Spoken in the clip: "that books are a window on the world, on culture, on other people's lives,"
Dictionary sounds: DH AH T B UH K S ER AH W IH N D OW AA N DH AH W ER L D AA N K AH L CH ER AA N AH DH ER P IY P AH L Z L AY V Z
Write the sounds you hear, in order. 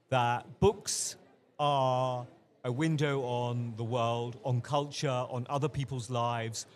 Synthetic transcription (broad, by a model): DH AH T B UH K S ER AH W IH N D OW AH N DH AH W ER L D N K AH L CH ER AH N AH DH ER P IY P AH L Z L AY V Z